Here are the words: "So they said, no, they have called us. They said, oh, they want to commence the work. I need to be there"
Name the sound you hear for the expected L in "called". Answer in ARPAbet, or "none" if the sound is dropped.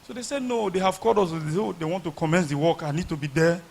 none